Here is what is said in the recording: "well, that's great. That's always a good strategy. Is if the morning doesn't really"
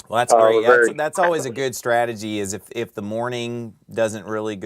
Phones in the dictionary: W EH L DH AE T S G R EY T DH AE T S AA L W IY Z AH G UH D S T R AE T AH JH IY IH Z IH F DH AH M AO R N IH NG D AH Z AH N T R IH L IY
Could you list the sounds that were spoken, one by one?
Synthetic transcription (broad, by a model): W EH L DH AE T S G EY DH DH AE T S AA L W IY Z AH G UH D S T R AE T AH JH IY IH Z IH F DH AH M AO R N IH NG D AH Z AH N T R IH L IY